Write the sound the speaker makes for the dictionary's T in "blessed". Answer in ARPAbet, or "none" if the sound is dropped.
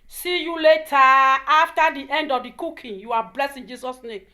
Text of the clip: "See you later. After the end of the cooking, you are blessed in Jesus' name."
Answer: none